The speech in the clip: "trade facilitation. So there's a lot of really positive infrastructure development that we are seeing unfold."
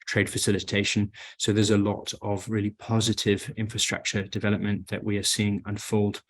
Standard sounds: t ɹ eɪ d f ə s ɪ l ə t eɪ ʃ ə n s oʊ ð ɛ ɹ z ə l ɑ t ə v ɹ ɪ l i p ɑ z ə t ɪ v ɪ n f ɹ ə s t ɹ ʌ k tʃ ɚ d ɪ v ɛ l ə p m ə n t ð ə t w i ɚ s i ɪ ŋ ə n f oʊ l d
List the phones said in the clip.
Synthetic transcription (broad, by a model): t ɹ eɪ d f ə s ɪ l ə t eɪ ʃ ə n s oʊ ð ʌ z ə l ɑ t ə v ɹ ɪ l i p ɑ z ə t ɪ v ɪ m f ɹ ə s t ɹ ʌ k tʃ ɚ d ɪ v ɛ l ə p m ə n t ð ə t w i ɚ s i ɪ ŋ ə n f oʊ l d